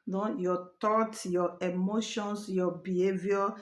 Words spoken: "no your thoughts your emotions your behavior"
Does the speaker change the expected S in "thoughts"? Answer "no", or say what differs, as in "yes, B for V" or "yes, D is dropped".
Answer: yes, S is dropped